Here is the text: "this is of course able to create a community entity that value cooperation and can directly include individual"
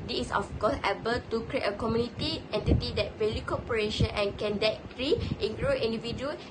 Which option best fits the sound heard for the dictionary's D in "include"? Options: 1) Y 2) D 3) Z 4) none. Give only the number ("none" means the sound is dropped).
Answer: 4